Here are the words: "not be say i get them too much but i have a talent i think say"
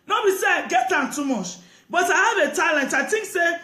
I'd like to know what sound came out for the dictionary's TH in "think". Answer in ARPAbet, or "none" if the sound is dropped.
T